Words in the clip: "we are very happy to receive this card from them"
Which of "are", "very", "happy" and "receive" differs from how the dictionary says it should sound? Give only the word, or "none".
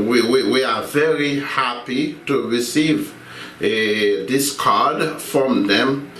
are